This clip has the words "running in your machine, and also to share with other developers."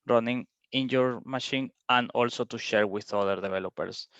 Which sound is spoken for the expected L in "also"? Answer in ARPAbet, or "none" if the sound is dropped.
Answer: L